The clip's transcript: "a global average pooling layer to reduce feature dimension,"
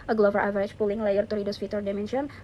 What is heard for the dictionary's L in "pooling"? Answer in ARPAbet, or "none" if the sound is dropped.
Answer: L